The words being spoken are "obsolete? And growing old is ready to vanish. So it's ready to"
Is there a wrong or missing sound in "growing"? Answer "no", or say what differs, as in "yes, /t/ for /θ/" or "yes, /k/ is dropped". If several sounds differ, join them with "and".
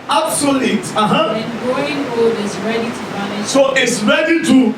yes, /ɹ/ is dropped